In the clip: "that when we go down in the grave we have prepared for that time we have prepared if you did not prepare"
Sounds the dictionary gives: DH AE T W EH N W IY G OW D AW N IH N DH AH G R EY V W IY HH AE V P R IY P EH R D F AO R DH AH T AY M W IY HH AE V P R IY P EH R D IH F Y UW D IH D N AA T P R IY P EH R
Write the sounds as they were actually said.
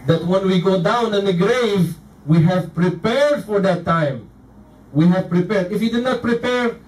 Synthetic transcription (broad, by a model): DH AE T W EH N W IY G OW D AW N IH N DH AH G R EY V W IY HH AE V P R IY P EH R D F AO R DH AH T AY M W IY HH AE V P R IY P EH R D IH F Y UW D IH D N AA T P R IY P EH R